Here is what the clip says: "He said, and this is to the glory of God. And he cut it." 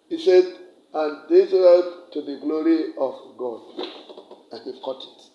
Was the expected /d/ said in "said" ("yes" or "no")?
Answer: yes